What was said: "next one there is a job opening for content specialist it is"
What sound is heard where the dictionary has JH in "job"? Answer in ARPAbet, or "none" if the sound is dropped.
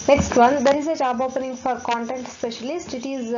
CH